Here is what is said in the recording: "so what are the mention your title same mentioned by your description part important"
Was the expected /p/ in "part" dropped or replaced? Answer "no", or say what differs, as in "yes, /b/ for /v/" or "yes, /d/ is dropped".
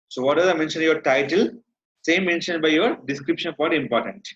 yes, /f/ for /p/